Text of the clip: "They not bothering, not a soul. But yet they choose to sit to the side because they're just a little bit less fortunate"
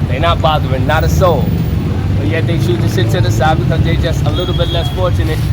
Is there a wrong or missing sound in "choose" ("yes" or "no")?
yes